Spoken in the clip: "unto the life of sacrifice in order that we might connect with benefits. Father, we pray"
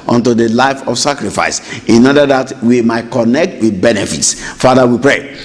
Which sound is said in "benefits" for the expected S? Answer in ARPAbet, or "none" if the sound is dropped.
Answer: S